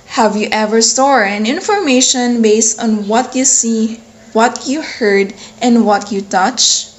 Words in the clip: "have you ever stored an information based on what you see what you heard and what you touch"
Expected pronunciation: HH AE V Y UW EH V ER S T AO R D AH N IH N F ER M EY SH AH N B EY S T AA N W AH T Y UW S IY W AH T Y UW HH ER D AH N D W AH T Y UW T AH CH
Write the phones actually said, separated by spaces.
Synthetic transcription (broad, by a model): HH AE V Y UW EH V ER S T AO R AH N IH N F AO M EY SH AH N B EY S T AA N W AH T Y UW S IY W AH T Y UW HH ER D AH N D W AH T Y UW T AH CH